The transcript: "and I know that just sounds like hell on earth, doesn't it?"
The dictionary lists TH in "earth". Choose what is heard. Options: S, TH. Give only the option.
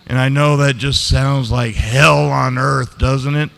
TH